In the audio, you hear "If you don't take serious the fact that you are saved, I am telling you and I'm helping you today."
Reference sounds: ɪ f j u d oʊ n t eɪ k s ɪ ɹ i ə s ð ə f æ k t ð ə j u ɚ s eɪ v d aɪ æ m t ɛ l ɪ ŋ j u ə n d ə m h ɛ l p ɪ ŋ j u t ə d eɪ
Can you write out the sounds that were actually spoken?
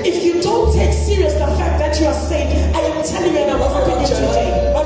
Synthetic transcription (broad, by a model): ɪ f j u d oʊ n t eɪ k s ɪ ɹ i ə s ð ə f æ k t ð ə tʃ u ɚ s eɪ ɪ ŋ aɪ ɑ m t ɛ l ɪ ŋ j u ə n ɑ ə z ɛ p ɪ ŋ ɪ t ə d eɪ